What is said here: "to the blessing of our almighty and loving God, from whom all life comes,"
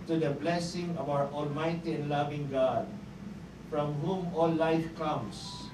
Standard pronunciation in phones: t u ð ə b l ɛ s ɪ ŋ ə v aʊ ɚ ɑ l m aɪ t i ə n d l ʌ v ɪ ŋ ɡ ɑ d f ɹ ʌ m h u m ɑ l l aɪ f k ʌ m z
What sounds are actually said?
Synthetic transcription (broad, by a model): t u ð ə b l ɛ s ɪ ŋ ə v aʊ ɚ ɑ l m aɪ t i ə n d l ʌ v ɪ ŋ ɡ ɑ d f ɹ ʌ m h u m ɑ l l aɪ f k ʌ m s